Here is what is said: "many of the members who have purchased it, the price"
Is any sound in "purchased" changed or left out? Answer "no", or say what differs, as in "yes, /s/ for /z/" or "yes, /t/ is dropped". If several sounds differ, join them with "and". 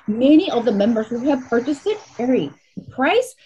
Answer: no